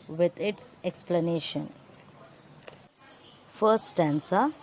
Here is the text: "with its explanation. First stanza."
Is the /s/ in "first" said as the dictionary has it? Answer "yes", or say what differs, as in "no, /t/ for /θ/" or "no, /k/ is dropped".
no, /s/ is dropped